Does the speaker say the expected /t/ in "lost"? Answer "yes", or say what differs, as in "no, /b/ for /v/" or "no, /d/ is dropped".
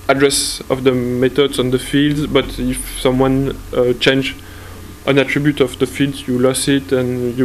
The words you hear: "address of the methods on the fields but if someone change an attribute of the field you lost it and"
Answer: no, /t/ is dropped